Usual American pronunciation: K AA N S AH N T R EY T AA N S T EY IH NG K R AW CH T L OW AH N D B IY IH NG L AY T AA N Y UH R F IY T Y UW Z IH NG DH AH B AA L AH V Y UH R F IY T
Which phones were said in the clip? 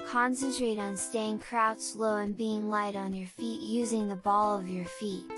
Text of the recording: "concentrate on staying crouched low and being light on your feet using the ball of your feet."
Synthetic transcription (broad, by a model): K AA N S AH N T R EY T N S T EY IH NG K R AW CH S L OW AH N B IY IH NG L AY T N Y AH R F IY T Y UW Z IH NG DH AH B AA L AH V Y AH R F IY T